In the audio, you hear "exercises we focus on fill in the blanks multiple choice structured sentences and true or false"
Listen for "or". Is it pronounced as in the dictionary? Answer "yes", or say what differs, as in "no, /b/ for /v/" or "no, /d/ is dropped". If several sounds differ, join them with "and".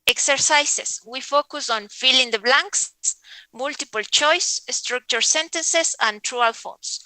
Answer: no, /l/ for /ɹ/